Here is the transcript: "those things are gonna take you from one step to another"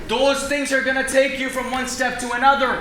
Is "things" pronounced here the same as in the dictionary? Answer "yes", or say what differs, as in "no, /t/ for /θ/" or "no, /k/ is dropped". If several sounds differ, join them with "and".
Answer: yes